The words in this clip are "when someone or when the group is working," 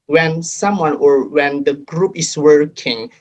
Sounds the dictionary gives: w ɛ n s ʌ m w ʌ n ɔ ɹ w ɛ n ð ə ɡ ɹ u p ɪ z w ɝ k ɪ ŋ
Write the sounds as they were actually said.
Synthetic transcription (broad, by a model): w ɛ n s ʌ m w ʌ n ɔ ɹ w ɛ n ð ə ɡ ɹ u p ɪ s w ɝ k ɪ ŋ